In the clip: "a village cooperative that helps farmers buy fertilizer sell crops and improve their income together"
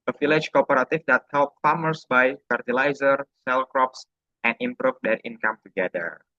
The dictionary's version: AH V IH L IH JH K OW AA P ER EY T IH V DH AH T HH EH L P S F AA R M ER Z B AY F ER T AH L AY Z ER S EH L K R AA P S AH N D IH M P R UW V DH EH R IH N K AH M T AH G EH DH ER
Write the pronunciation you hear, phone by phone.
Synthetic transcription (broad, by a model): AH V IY L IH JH K OW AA P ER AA T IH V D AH T HH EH L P F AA M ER S B AY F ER T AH L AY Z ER S EH L K R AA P S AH N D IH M P R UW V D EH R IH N K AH M T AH G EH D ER